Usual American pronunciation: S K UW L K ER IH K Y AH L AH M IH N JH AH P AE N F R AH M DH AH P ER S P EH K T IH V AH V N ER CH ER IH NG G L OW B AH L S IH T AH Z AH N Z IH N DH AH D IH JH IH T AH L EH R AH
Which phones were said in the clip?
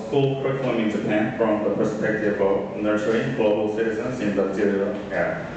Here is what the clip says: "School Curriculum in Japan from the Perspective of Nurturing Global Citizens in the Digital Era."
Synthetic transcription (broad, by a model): S K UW L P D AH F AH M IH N JH AH P AE N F R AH M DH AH P ER S P EH K T IH V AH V N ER S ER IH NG G L OW B AH L S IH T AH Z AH N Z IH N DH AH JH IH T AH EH